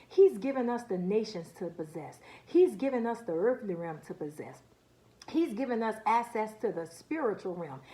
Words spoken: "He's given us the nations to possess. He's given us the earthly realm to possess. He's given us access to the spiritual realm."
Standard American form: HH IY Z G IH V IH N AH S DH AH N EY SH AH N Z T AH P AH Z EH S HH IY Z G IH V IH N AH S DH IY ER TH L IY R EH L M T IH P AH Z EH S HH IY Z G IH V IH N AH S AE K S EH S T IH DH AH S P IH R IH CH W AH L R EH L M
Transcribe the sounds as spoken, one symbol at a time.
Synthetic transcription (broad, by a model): HH IY Z G IH V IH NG AH S DH AH N EY SH AH N Z T AH P AH Z EH S HH IY Z G IH V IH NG AH S DH IY ER TH L IY R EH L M T IH P AH Z EH S HH IY Z G IH V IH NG AH S AE K S EH S T IH DH AH S P IH R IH CH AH L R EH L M